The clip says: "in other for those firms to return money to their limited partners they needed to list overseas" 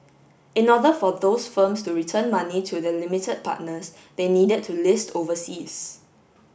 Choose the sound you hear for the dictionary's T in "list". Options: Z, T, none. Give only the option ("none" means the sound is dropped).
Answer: T